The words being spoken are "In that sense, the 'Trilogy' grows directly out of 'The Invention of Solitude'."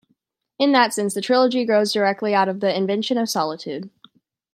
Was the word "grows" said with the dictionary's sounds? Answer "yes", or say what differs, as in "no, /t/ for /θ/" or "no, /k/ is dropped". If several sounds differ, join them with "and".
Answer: yes